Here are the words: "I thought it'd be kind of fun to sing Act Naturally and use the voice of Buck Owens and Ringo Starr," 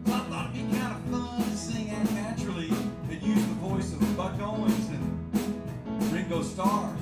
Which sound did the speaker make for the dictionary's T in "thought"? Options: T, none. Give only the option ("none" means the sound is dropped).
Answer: none